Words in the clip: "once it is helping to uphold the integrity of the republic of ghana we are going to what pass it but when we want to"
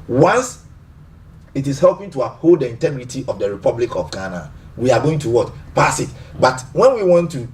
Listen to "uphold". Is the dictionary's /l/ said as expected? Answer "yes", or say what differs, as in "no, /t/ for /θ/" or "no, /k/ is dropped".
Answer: yes